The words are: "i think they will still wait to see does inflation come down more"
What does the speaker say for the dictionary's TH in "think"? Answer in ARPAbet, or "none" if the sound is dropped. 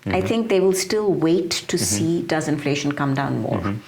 T